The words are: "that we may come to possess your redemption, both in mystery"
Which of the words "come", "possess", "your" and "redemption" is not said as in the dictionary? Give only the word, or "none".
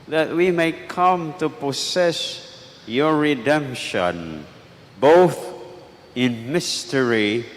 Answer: possess